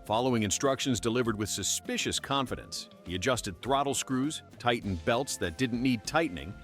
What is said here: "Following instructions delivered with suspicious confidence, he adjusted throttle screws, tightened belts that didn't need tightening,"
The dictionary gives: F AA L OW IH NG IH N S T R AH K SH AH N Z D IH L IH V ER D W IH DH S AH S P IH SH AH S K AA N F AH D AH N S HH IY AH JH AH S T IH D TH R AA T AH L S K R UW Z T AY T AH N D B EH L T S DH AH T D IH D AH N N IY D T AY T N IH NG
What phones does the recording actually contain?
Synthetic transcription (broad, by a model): F AA L OW IH NG IH N S T R AH K SH AH N Z D IH L IH V ER D W IH DH S AH S P IH SH AH S K AA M F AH D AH N S HH IY AH JH AH S T IH D TH R AA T L S K R UW Z T AY T N B EH L T S DH AH T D IH D N N IY D T AY T N IH NG